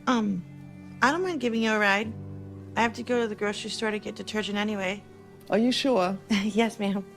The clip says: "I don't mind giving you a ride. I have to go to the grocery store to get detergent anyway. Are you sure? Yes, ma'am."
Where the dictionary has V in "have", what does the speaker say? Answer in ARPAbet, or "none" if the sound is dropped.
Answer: F